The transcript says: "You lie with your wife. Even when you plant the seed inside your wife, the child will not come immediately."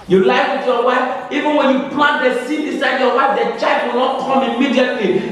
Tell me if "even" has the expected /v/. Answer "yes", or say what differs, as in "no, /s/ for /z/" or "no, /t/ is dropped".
yes